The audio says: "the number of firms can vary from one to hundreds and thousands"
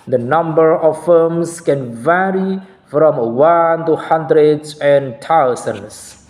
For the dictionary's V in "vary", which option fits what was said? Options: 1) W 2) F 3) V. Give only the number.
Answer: 3